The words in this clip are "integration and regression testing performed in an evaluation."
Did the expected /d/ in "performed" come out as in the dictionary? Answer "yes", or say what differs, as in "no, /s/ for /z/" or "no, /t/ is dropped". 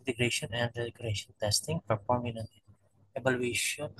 no, /d/ is dropped